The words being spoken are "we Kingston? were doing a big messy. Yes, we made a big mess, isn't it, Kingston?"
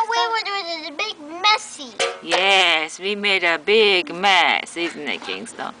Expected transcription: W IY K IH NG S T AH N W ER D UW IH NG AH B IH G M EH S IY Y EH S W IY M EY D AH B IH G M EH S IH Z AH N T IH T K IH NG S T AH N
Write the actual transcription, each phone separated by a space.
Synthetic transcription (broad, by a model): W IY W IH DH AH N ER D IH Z AH B IH G M EH S IY Y EH S W IY M EY D AH B IH G M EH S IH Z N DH IH T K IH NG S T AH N